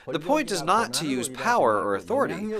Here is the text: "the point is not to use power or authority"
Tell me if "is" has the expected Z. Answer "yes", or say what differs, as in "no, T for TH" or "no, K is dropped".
yes